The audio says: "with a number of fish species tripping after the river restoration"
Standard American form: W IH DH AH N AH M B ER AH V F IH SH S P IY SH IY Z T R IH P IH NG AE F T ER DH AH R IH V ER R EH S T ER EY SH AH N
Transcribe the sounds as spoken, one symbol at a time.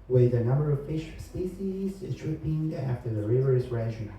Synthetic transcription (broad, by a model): W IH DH AH N AH M B ER AH V F IH SH S P IY S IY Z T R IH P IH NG AE F T ER DH AH R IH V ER R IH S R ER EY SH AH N